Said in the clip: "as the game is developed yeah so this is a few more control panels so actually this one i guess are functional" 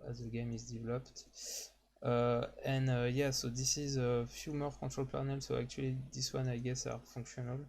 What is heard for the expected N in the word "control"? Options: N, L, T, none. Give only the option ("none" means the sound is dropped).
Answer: none